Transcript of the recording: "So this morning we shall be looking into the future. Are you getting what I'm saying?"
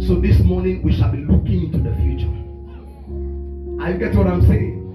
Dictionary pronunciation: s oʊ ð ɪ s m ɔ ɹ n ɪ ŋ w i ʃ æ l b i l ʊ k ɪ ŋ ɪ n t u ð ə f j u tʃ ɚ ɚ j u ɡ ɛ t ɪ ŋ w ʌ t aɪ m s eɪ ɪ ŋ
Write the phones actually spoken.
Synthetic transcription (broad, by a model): s oʊ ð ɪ s m ɔ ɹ n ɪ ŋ w i ʃ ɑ l b i l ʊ k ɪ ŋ ɪ n t u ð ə f j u tʃ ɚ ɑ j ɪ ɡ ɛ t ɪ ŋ w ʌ t aɪ m s eɪ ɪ ŋ